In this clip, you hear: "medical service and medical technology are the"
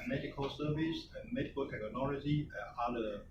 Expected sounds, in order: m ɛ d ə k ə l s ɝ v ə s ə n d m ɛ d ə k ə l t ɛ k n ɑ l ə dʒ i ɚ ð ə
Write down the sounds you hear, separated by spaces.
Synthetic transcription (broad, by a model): m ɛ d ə k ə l s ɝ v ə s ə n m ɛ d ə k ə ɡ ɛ n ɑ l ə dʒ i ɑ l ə